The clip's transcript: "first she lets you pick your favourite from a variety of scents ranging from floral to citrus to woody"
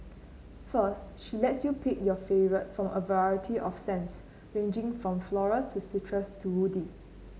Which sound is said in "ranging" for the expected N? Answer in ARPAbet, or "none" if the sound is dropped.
N